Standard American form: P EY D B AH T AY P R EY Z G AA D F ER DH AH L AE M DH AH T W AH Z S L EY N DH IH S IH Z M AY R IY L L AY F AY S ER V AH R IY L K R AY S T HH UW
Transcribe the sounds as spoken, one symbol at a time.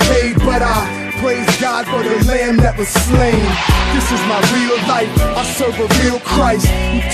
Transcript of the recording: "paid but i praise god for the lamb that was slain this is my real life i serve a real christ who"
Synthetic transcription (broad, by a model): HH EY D B AH T AY P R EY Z G AA D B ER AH L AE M DH AH T W AH Z S L EY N DH IH S IH Z M AY R IY L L AY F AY S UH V AH R IY L K R AY S T